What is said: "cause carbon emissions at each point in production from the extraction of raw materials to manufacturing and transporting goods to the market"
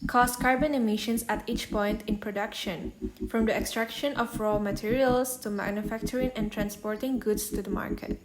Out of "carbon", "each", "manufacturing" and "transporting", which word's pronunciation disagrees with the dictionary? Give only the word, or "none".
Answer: none